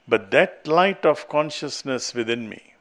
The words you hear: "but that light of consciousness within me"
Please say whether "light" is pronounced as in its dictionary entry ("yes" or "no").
yes